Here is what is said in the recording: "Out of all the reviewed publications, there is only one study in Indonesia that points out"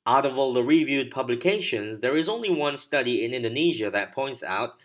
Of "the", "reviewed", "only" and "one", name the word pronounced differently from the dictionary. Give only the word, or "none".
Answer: none